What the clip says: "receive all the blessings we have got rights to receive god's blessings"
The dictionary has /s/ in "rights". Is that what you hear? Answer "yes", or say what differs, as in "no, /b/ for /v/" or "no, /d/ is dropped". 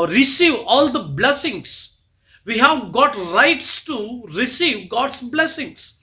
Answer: yes